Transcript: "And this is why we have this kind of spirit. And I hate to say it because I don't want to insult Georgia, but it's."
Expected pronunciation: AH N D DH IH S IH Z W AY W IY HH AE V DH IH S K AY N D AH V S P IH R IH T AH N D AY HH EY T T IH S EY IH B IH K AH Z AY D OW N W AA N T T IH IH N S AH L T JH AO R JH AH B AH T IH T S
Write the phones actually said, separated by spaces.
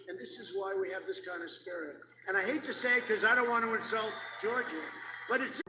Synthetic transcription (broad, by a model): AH N DH IH S IH Z W AY W IY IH V DH IH S K AY N D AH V S P IH R IH T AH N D AY HH EY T T IH S EY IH IH K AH Z AY D OW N W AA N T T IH IH N S AH L T JH AO R JH AH B AH T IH T S